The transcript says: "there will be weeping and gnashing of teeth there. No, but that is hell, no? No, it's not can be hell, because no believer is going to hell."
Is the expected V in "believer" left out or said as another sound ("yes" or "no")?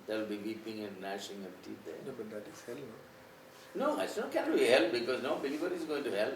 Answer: yes